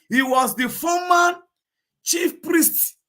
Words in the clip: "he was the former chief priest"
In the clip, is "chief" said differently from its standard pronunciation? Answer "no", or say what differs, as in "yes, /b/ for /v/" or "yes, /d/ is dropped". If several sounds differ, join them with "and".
no